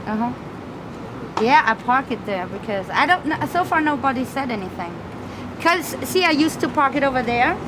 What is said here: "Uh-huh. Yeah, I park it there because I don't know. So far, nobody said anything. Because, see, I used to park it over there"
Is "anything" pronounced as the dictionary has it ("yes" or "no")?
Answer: yes